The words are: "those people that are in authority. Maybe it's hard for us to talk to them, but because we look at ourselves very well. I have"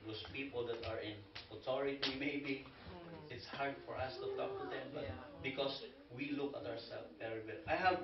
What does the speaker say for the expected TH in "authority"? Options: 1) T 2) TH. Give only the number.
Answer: 1